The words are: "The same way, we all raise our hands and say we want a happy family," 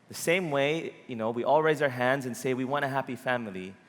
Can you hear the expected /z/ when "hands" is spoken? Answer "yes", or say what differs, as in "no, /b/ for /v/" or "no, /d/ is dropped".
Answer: yes